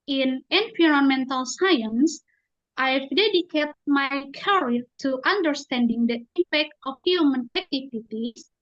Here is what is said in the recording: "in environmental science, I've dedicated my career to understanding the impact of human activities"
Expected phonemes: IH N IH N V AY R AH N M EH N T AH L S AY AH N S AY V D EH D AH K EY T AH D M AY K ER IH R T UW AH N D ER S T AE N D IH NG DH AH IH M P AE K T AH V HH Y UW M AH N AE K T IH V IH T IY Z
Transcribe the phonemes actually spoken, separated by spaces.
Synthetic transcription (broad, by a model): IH N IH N P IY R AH N M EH N T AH L S AY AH N S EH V D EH D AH K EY T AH M AY K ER R T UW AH N D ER S T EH N D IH NG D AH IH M P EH K T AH F HH Y UW M AH N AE K T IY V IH T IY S